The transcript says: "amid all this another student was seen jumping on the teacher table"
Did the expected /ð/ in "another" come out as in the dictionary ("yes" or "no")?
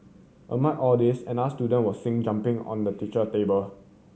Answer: no